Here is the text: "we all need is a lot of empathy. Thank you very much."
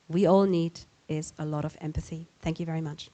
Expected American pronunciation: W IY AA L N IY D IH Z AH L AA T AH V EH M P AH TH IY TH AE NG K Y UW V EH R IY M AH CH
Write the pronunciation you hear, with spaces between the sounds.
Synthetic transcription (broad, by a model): W IY AA L N IY D IH Z AH L AA T AH V EH M P AH TH IY TH AE NG K Y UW V EH R IY M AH CH